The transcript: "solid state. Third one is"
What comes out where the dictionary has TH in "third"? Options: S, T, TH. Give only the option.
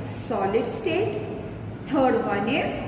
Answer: T